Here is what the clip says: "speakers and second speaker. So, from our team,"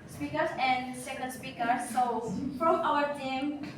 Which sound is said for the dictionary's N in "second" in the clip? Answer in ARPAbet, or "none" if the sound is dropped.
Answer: L